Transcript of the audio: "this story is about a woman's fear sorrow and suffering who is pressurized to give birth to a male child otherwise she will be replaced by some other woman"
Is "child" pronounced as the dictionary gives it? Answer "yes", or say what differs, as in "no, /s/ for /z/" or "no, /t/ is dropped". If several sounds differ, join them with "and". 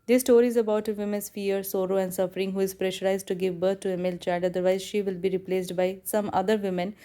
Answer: no, /l/ is dropped